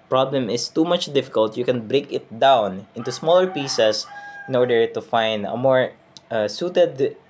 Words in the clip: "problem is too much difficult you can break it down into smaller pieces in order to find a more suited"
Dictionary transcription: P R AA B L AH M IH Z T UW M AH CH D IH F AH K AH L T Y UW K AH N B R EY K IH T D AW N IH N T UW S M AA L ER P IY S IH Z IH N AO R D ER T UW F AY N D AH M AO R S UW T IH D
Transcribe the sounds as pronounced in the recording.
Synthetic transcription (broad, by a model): P R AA B L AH M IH S T UW M AH CH D IH F AH K AH L T Y UW K AH N B R EY K IH T D AW N IH N T UW S M AA L ER P IY S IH S IH N AO R D ER T UW F AY N D AH M AO R S UW T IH D